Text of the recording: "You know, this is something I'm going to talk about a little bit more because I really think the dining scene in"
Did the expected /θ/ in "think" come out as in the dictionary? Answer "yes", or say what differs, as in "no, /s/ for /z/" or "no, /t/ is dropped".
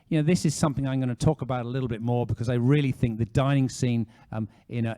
yes